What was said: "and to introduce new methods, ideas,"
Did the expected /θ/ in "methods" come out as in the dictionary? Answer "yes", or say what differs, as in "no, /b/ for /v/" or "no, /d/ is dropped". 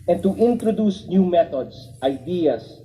no, /t/ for /θ/